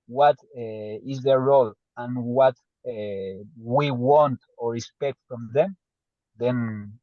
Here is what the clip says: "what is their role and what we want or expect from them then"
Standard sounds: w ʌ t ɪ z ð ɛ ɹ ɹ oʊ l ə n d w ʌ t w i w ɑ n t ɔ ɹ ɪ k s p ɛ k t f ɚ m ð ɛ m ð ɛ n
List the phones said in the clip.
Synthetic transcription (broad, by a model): w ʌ t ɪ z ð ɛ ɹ ɹ oʊ l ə n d w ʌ t w i w ɑ n t ɔ ɹ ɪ s p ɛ k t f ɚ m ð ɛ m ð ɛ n